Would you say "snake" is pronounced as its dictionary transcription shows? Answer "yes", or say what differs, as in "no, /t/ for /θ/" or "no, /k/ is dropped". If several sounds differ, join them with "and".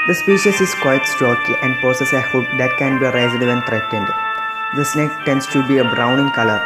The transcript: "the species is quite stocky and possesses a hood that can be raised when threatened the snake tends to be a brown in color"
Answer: yes